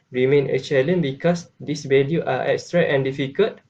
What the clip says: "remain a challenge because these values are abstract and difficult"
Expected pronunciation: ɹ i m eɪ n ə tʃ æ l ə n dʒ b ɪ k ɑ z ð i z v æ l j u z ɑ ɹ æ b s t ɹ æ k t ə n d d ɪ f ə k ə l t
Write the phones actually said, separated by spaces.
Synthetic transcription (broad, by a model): ɹ i m eɪ n ə tʃ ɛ l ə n b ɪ k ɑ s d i s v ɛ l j u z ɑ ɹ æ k s t ɹ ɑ t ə n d d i f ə k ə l t